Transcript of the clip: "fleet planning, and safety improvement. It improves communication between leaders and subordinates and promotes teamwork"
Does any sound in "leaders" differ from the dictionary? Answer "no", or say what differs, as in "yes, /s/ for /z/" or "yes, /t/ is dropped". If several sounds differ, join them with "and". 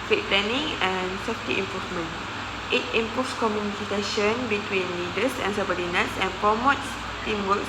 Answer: yes, /s/ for /z/